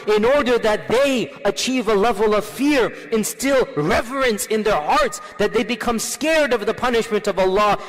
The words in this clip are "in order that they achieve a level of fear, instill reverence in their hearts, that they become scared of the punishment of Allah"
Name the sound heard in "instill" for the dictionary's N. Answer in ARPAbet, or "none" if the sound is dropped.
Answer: N